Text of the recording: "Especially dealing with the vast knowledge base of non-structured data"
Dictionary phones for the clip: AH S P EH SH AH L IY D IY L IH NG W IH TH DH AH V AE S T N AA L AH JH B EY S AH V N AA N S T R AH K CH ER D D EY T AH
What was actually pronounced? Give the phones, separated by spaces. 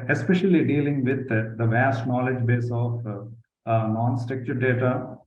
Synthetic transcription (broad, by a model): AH S P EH SH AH L IY D IY L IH NG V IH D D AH V AE S T N AA L AH JH B EY S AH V N AA N S T R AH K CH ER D D EY T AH